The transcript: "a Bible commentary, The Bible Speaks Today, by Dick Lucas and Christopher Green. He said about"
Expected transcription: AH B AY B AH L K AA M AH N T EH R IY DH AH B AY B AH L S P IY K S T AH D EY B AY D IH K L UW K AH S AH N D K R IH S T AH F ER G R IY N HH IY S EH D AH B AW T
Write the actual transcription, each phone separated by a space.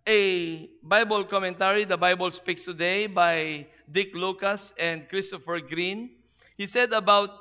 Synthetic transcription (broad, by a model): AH B AY B AH L K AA M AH N T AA R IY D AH B AY B AH L S P IY K S T AH D EY B AY D IH K L UW K AH S AH N D K R IH S T AH F ER G R IY N HH IY S EH D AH B AW T